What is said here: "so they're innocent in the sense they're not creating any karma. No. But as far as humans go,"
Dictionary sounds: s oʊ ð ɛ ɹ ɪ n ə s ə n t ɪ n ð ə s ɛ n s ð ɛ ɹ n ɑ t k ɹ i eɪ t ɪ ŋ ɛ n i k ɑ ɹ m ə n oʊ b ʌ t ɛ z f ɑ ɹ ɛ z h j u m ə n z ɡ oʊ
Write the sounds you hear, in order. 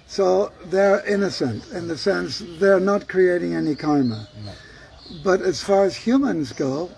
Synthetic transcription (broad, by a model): s oʊ ð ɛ ɹ ɪ n ə s ə n t ɪ n ð ə s ɛ n s ð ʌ ɹ n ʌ t k ɹ i eɪ t ɪ ŋ ɛ n i k ɑ ɹ m ə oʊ b ʌ t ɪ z f ɑ ɹ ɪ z h j u m ə n z ɡ oʊ